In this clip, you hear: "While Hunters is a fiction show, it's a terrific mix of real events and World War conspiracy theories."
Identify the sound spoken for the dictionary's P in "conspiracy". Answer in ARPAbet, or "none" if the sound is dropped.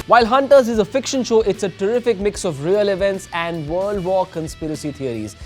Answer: P